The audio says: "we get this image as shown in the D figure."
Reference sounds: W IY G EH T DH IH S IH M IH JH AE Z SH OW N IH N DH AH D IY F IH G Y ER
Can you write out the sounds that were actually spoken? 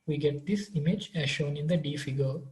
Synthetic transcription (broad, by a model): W IY G EH T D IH S IH M IH JH AE Z SH OW N IH N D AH D IY F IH G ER